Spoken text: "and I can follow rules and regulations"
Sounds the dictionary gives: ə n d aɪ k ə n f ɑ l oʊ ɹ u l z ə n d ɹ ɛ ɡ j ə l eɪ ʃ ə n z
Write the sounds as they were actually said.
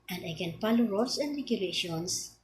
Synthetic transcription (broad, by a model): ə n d aɪ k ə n p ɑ l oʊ ɹ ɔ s ə n d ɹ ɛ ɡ j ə l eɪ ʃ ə n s